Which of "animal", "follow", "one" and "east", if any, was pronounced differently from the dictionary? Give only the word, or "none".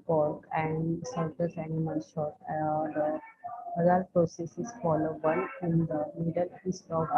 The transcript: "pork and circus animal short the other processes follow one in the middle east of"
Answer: one